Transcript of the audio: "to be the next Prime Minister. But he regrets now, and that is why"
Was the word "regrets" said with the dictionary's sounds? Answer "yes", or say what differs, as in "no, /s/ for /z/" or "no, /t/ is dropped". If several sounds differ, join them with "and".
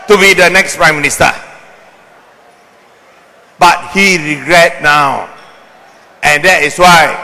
no, /s/ is dropped